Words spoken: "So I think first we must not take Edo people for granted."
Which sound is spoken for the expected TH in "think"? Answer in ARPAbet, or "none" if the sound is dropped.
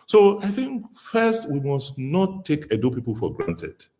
TH